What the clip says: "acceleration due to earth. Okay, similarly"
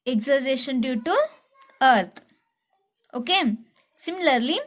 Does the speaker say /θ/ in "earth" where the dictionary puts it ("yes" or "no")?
no